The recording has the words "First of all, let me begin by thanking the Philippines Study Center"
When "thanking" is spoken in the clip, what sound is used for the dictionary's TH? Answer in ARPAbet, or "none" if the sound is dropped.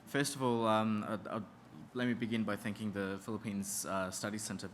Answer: TH